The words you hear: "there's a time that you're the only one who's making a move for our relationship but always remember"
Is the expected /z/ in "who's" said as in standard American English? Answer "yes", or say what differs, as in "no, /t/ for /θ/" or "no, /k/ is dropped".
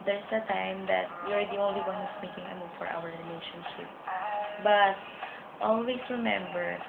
no, /s/ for /z/